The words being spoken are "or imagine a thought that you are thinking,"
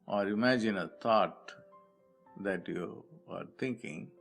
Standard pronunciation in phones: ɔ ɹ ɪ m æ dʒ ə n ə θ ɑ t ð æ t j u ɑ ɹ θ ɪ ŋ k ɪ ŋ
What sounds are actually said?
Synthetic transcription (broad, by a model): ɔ ɹ ɪ m æ dʒ ə n ə t ɑ t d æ t j u ɑ ɹ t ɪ ŋ k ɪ ŋ